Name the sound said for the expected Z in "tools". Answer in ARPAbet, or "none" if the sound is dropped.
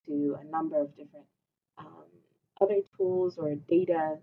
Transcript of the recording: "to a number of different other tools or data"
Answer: Z